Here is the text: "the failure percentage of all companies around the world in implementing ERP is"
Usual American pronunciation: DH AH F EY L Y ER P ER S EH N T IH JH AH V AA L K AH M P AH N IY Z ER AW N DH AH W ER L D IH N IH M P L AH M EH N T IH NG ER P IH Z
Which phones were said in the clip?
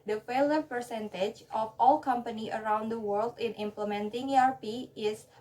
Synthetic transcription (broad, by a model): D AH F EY L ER P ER S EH N T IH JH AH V AA L K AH M P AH N IY ER AW N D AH W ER L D IH N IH M P L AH M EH N T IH NG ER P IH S